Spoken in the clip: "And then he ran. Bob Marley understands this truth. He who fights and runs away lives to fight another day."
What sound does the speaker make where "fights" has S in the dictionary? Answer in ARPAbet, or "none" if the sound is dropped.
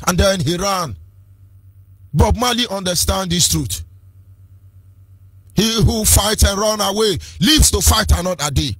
none